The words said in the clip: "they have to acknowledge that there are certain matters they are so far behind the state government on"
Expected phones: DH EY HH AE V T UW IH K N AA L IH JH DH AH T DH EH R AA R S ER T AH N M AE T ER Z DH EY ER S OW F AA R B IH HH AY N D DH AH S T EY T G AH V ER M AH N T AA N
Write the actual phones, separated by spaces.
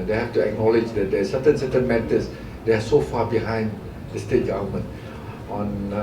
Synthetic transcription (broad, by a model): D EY HH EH F T UW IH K N AA L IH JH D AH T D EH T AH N S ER T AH N M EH T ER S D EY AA S OW F AA B IH HH AY N D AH S T EY T G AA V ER M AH N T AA N